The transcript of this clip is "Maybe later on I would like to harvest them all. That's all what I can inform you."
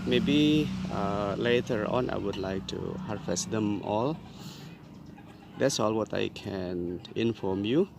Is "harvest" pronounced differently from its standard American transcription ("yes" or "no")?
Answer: yes